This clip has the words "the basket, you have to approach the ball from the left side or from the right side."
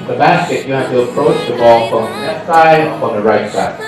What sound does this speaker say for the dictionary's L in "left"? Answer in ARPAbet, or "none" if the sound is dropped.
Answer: N